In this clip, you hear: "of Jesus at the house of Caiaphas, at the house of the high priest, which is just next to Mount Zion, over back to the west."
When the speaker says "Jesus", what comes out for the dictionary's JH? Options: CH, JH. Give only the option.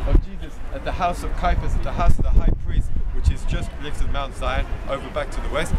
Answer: JH